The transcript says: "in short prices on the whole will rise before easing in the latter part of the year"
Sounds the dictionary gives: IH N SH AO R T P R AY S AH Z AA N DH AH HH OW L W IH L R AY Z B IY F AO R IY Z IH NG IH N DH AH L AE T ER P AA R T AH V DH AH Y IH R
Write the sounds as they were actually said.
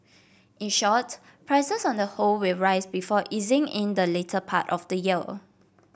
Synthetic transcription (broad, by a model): IH N SH AO T P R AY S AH S AA N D AH HH OW L W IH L R AY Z B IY F AO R IY Z IH NG IH N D AH L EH T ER P AA T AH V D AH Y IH L